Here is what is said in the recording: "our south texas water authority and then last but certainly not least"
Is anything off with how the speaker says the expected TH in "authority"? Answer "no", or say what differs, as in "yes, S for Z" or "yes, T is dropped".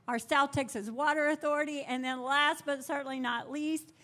no